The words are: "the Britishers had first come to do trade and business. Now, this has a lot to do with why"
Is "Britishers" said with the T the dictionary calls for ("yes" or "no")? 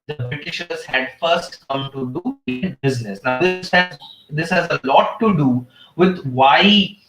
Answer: yes